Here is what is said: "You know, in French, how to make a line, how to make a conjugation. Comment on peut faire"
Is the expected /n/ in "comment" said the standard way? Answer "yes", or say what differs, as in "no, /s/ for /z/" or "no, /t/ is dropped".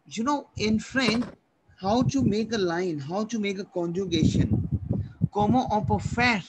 no, /n/ is dropped